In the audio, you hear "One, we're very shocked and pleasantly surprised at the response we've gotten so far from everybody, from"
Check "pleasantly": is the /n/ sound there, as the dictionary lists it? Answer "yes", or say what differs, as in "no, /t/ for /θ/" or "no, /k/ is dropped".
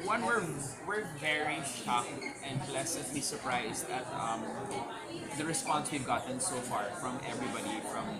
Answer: no, /n/ is dropped